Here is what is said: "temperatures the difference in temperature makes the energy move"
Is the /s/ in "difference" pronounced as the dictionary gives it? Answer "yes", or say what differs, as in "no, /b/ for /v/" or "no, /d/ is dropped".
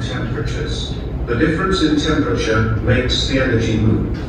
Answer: yes